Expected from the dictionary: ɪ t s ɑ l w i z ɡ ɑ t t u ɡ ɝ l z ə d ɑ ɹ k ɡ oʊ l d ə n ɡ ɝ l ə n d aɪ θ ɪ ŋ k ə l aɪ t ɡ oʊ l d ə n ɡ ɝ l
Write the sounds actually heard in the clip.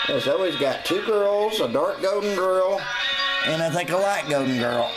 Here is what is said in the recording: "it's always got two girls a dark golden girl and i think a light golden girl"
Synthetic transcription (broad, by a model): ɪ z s ɑ l w i z ɡ ɑ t t u ɡ ɝ l z ə d ɑ ɹ k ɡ oʊ d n ɡ ɝ l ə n aɪ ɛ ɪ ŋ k ə l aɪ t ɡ oʊ d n ɡ ɝ l